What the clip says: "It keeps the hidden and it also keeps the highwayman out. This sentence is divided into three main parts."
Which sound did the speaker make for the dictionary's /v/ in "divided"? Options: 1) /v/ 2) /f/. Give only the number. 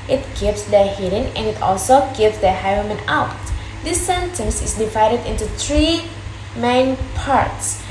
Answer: 1